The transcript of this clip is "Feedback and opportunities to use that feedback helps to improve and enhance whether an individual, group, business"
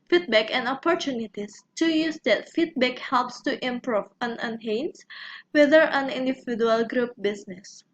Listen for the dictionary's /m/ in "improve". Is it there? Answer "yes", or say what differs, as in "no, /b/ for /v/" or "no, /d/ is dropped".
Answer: yes